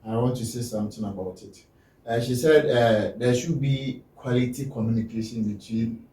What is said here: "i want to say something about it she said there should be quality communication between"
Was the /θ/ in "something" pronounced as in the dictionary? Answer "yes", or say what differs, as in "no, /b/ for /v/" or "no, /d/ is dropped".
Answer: no, /t/ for /θ/